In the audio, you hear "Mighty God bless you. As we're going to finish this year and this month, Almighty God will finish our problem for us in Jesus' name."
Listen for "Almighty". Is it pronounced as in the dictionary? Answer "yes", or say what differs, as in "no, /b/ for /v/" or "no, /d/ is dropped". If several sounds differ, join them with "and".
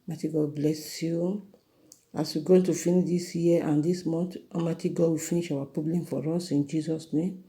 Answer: no, /l/ is dropped